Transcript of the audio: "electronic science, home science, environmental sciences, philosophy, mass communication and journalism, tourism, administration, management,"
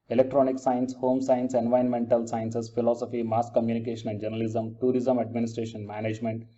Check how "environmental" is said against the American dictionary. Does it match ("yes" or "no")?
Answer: no